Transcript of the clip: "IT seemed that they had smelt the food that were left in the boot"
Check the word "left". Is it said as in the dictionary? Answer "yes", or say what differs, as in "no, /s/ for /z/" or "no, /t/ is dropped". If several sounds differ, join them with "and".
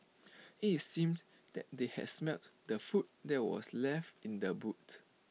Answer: yes